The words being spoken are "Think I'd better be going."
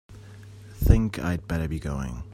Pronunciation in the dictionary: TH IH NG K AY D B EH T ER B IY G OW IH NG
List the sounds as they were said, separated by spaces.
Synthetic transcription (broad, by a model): TH IH NG K AY D B EH T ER B IY G OW IH NG